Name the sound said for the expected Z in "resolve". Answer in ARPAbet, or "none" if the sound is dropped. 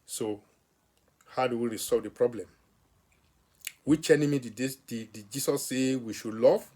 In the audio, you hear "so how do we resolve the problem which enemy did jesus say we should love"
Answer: S